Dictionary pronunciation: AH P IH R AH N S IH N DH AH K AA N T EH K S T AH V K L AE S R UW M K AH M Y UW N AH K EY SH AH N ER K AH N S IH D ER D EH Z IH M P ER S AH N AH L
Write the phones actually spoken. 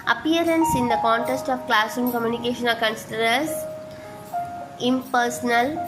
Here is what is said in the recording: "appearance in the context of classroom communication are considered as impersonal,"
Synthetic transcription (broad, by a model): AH P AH R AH N S IH N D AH K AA N T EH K S T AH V K L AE S UW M K AH M Y UW N AH K EY SH AH N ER K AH N S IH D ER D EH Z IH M P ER S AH N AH L